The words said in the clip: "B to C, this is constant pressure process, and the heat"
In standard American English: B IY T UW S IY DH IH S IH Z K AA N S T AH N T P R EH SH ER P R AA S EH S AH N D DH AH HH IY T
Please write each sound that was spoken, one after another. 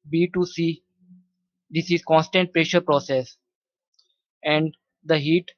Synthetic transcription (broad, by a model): B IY T UW S IY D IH S IH Z K AA N S T AH N T P R EH SH ER P R AA S EH S AH N D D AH HH IY T